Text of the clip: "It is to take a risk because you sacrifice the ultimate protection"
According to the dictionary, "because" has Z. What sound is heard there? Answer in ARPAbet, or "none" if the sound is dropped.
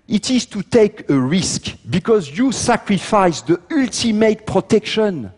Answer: Z